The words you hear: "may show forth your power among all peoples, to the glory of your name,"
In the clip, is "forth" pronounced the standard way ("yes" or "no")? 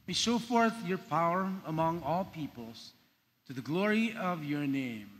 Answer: yes